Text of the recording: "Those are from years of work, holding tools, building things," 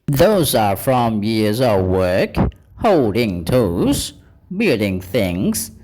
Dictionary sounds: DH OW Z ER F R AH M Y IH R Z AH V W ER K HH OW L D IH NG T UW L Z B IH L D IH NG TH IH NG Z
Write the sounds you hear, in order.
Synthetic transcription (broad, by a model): DH OW Z ER F R AH M Y IH R Z AH V W ER K HH OW L D IH NG T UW Z B IH L D IH NG TH IH NG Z